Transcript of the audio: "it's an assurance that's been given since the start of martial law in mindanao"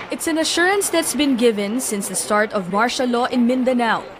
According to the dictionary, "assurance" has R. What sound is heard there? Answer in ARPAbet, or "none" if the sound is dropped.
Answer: R